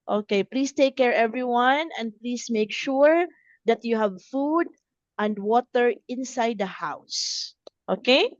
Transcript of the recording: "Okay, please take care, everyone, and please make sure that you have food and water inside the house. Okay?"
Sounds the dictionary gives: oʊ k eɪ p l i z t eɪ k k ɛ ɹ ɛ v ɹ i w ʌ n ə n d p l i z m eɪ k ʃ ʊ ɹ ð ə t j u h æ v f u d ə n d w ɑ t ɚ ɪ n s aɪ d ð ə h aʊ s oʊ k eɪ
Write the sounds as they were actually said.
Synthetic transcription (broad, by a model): oʊ k eɪ p l i s t eɪ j k ɛ ɹ ɛ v ɹ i w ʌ n ə n d p l i s m eɪ k ʃ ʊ ɹ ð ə t j u h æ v f u d ə n d w ɑ t ɚ ɪ n s aɪ d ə h aʊ s oʊ k eɪ